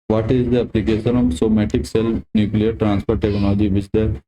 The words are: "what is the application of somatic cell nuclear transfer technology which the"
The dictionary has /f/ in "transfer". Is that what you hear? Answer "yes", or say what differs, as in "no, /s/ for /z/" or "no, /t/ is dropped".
no, /p/ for /f/